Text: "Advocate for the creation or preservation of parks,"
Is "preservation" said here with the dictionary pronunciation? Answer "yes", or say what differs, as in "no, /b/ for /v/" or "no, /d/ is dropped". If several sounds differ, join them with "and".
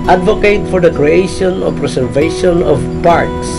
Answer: no, /s/ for /z/